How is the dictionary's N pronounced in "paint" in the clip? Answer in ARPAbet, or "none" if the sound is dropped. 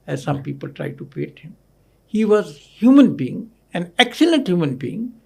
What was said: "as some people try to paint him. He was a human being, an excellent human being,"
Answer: none